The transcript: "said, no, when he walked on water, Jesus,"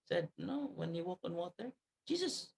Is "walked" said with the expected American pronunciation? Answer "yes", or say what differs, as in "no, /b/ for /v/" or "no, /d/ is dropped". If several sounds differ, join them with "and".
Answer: no, /t/ is dropped